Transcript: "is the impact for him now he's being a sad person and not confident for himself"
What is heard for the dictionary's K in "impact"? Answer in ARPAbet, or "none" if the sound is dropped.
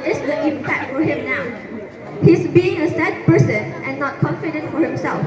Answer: none